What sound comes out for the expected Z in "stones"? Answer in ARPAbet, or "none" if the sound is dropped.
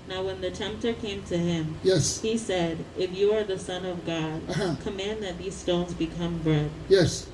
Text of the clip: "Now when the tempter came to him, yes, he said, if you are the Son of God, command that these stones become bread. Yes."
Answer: Z